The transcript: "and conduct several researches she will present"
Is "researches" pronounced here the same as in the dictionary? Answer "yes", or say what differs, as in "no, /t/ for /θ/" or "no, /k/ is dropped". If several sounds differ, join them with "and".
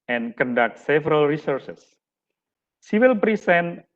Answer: no, /s/ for /tʃ/